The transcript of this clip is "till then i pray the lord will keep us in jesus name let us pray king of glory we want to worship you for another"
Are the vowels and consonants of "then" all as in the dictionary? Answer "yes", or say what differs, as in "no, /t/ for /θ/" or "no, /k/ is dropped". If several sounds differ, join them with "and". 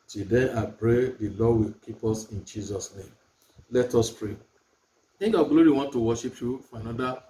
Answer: no, /n/ is dropped